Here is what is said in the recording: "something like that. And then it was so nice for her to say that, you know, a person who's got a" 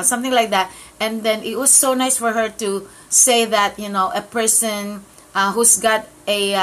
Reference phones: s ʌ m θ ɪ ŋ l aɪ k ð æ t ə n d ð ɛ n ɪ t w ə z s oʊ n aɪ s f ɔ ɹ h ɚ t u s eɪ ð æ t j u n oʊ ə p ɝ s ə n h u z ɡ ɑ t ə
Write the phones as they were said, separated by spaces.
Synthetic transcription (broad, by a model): s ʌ m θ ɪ ŋ l aɪ k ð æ t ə n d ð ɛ n ɪ t w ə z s oʊ n aɪ s f ɔ ɹ h ɚ t u s eɪ ð æ t j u n oʊ ə p ɝ s ə n h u s ɡ ɑ t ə